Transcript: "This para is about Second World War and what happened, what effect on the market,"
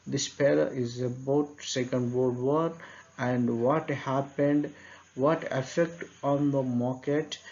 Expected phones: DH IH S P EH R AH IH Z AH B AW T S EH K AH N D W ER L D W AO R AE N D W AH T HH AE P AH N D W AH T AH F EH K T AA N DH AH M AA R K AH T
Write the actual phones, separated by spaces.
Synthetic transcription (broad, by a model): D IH S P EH L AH IH Z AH B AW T S EH K AH N D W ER D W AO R AE N D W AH T HH AE P AH N D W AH T AH F EH K T AA N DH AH M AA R K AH T